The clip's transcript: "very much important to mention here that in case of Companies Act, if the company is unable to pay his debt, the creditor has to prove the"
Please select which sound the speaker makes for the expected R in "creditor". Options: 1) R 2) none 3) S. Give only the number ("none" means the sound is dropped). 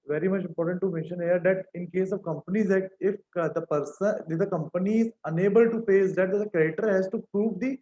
2